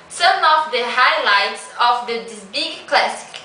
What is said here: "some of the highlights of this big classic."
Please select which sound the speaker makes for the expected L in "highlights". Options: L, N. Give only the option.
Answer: L